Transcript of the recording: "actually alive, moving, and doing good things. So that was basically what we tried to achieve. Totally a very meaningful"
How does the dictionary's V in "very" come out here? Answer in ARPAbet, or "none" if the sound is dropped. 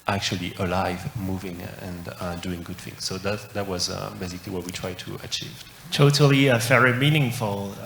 F